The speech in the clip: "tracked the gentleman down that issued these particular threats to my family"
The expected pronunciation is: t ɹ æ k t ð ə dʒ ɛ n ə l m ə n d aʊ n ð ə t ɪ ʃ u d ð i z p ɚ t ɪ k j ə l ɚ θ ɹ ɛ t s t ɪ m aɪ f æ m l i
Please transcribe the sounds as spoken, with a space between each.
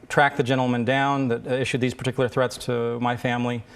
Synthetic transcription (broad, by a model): t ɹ æ k ð ə dʒ ɛ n l m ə n d aʊ n ð ə t ɪ ʃ u d ð i z p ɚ t ɪ k j l ɚ θ ɹ ɛ t s t ɪ m aɪ f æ m l i